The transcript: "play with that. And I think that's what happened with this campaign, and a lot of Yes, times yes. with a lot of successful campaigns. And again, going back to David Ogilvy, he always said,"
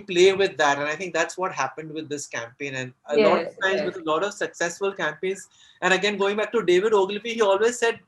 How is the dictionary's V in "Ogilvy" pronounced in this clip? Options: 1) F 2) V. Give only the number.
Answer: 1